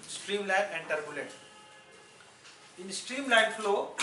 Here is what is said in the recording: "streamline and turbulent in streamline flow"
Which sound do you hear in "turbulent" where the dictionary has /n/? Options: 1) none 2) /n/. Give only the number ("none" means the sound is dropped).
1